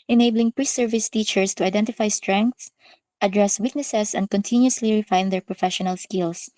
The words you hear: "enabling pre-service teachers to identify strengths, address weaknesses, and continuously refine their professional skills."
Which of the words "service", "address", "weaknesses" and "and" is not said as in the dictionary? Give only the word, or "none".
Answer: weaknesses